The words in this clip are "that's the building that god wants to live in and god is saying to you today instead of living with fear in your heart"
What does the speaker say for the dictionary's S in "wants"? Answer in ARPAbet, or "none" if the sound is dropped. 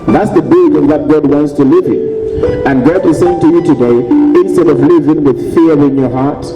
S